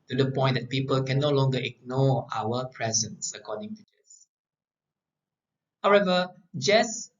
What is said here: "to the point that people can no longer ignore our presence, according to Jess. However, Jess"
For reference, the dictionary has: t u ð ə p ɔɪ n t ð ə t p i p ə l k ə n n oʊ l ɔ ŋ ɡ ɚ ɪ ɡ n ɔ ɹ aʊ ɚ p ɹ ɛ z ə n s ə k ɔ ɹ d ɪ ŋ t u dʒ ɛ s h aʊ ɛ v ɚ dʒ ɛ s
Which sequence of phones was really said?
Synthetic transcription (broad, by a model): t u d ə p ɔɪ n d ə t p i p ə l k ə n n oʊ l ɔ ŋ ɡ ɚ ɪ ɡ n ɔ aʊ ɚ p ɹ ɛ z ə n s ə k ɔ d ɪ ŋ t u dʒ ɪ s h aʊ ɛ v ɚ dʒ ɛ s